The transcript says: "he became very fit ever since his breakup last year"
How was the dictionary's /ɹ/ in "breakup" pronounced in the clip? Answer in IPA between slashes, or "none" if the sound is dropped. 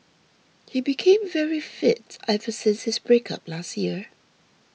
/ɹ/